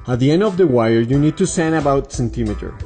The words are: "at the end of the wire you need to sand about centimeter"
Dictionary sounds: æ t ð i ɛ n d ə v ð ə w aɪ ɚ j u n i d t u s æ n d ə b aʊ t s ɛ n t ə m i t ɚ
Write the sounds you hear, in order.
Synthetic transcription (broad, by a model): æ t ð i ɛ n d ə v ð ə w aɪ ɚ j u n i d t u s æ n ə b aʊ t s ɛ n t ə m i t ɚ